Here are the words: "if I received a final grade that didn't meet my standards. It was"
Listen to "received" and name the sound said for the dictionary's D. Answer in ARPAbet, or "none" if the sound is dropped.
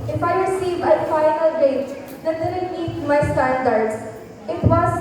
none